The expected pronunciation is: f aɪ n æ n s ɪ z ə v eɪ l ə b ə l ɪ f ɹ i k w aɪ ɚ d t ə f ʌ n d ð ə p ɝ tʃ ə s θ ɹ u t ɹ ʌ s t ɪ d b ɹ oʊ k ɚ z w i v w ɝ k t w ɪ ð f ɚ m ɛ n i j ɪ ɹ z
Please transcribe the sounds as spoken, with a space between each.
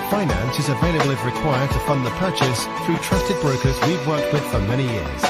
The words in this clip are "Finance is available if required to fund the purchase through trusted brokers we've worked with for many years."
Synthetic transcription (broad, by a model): f aɪ n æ n s ɪ z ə v eɪ l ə b l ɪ ɹ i k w aɪ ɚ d t ə f ʌ n ð ə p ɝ tʃ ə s θ ɹ u t ɹ ʌ s t ɪ d b ɹ oʊ k ɚ z w i v w ɝ k t w ɪ ð f ɚ m ɛ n i j ɪ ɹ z